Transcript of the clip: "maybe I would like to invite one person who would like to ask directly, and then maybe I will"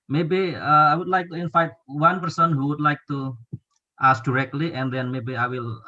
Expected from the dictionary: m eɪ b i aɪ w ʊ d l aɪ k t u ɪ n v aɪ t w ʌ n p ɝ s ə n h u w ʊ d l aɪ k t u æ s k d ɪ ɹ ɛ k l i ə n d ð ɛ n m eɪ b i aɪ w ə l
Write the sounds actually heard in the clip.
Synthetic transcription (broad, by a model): m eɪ b i aɪ w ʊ d l aɪ k t u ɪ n f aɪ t w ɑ n p ɝ s ə n h u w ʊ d l aɪ k t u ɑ s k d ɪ ɹ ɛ k l i ə n d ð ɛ n m eɪ b i aɪ w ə l